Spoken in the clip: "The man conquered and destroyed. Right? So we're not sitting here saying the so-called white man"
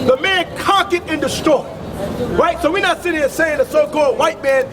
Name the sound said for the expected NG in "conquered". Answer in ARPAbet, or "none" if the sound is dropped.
none